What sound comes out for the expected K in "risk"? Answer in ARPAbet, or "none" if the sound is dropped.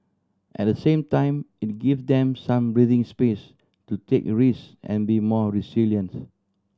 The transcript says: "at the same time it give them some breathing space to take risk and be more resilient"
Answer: none